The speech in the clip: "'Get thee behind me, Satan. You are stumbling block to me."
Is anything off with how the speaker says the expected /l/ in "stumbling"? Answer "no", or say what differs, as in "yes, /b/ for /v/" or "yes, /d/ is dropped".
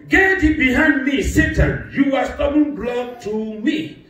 yes, /l/ is dropped